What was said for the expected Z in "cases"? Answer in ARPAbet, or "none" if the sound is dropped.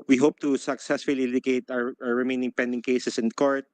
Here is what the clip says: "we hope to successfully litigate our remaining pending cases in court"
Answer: S